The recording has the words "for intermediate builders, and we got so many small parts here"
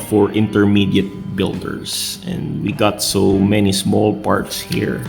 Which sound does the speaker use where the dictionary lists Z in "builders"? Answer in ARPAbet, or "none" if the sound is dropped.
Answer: S